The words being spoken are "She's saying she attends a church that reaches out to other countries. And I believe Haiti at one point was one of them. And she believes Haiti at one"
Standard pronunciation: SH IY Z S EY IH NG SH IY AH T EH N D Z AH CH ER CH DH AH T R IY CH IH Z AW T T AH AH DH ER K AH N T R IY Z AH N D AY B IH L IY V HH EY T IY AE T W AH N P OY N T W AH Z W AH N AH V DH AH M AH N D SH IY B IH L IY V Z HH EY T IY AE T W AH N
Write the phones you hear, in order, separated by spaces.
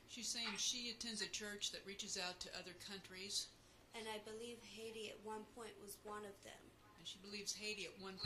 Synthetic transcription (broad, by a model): SH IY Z S EY IH NG SH IY AH T EH N D Z AH CH ER CH DH AH T R IY CH IH Z AW T T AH AH DH ER K AH N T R IY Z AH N AY B IH L IY V HH EY T IY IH T W AH N P OY N T W AH Z W AH N AH V DH AH M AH N SH IY B IH L IY V Z HH EY T IY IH T W AH N